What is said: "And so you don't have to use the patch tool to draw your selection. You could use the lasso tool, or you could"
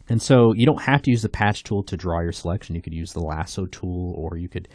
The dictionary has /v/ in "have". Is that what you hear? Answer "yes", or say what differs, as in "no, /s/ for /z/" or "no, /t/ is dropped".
no, /f/ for /v/